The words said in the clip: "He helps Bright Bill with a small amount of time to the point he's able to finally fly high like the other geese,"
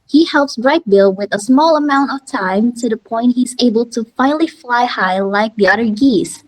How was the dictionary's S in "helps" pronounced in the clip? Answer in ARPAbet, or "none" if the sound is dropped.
S